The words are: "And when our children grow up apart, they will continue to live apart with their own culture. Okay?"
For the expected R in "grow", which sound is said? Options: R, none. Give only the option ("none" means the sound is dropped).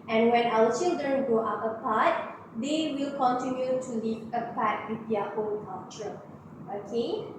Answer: none